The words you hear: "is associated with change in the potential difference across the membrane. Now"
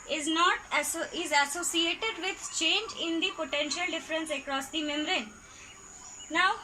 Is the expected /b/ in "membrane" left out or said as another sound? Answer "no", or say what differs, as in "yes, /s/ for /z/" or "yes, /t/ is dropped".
yes, /b/ is dropped